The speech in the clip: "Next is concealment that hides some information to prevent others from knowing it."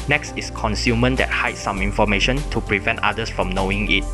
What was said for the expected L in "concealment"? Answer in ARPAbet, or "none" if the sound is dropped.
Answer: none